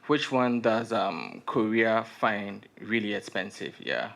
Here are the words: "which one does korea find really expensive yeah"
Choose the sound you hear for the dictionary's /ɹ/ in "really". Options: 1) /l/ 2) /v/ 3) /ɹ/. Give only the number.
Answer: 3